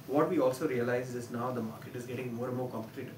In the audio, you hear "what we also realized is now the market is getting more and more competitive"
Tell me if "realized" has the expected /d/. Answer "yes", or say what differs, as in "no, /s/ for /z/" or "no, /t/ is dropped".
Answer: no, /d/ is dropped